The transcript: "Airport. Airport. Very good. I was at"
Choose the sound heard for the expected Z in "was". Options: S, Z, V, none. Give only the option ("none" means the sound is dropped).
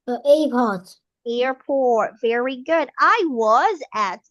Z